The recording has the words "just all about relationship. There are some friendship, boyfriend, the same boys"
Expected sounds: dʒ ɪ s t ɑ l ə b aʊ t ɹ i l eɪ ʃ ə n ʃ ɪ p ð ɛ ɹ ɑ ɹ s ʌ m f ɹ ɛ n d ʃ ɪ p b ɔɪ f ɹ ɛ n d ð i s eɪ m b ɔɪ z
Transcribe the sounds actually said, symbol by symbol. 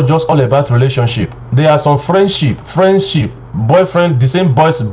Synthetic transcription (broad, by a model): dʒ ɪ s t ɑ l ə b aʊ t ɹ i l eɪ ʃ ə n ʃ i p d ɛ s ɑ ɹ ʃ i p f ɹ ɛ n d ʃ ɪ p b ɔɪ f ɹ ɛ n d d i s eɪ m b ɔɪ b